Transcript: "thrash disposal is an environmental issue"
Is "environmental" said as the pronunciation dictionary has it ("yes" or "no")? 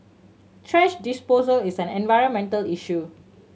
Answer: yes